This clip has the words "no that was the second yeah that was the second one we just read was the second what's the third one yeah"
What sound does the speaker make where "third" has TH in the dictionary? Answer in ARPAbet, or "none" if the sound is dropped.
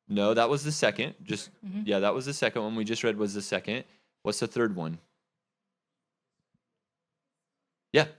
TH